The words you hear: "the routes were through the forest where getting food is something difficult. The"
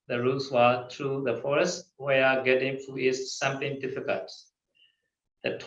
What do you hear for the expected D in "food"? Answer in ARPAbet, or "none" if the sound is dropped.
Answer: none